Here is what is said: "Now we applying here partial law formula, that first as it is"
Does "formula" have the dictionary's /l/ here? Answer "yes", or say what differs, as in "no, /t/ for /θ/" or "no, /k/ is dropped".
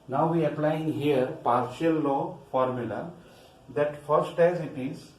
yes